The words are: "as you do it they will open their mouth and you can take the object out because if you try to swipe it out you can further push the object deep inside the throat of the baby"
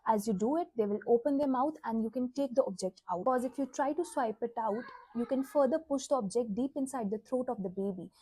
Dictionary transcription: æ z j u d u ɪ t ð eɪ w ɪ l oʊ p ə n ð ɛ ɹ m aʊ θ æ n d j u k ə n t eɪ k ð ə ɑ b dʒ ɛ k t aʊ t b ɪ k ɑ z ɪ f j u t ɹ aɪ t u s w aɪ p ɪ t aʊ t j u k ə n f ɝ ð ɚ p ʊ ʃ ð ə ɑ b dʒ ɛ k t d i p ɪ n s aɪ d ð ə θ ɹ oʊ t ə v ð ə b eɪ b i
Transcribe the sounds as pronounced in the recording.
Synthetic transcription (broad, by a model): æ z j u d u ɪ t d eɪ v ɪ l oʊ p ə n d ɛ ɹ m aʊ t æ n d j u k ə n t eɪ k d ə ɑ b dʒ ɛ k t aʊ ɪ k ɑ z ɪ f j u t ɹ aɪ t u s w aɪ p ɪ t aʊ t j u k ə n f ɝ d ɚ p ʊ ʃ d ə ɑ b dʒ ɛ k t d i p ɪ n s aɪ d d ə t ɹ oʊ t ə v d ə b eɪ b i